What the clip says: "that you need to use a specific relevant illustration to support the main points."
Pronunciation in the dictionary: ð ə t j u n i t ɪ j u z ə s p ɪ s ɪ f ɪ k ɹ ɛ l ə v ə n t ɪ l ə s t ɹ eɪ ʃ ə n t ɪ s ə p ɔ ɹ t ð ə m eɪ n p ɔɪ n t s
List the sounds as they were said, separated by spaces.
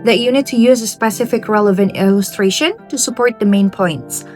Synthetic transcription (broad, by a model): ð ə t j u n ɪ t ɪ j u z ə s p ɪ s ɪ f ɪ k ɹ ɛ l ə v ə n t ɪ l ə s t ɹ eɪ ʃ ə n t ɪ s ə p ɔ ɹ t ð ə m eɪ n p ɔɪ n t s